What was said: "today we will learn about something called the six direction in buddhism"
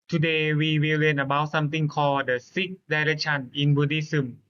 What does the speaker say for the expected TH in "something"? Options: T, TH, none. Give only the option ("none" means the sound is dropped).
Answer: T